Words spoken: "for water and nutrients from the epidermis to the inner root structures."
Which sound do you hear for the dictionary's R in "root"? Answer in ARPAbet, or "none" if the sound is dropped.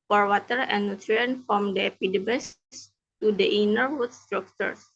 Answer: W